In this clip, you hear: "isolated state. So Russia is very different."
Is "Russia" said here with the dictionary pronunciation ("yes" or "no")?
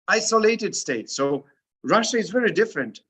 yes